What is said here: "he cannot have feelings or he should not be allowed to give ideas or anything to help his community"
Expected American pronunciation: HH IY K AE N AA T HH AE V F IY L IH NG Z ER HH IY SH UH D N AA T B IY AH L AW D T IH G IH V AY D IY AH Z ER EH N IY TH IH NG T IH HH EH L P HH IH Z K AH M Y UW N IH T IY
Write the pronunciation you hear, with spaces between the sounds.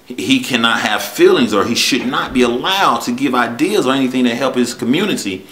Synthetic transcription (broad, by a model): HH IY K AE N AA T HH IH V F IY L IH NG Z ER IY SH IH D N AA T B IY AH L AW D T IH G IH V AY D IY AH Z ER EH N IY TH IH NG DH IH HH EH L P HH IH Z K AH M Y UW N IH T IY